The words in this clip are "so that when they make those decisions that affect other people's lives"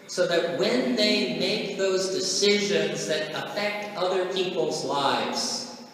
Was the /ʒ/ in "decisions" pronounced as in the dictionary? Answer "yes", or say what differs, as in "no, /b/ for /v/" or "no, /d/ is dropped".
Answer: yes